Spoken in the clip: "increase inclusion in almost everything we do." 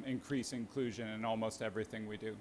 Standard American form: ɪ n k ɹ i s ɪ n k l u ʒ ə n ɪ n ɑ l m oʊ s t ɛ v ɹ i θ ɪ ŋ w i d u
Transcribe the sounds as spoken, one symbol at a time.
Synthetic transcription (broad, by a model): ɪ n k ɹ i s ɪ n k l u ʒ ə n ɪ n ɑ l m oʊ s t ɛ v ɹ i θ ɪ ŋ w i d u